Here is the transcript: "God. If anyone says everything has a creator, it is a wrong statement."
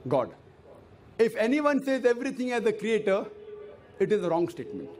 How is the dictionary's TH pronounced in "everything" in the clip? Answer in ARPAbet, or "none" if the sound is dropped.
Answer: T